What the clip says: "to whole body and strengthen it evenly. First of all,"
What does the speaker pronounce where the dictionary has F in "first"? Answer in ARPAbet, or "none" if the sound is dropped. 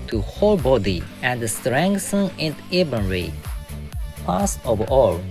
P